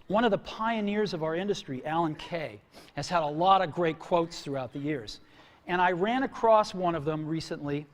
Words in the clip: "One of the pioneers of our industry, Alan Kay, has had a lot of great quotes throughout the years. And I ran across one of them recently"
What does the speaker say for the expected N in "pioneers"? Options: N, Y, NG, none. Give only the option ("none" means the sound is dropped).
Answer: N